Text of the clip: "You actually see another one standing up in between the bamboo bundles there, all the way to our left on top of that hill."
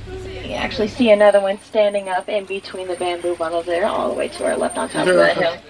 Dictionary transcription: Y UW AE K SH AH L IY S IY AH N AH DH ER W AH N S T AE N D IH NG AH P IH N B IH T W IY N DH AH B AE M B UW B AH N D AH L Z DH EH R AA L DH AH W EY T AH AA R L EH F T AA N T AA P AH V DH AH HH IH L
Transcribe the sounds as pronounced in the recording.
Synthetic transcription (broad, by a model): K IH AE K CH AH L IY S IY AH N AH DH ER W AH N S T AE N D IH NG AH P IH N B IH T W IY N DH AH B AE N B UW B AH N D L Z DH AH R AA L DH AH W EY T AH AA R L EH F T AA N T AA AH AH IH